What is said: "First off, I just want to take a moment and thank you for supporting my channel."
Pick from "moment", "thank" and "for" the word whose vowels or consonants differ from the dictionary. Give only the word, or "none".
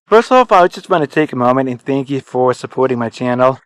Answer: none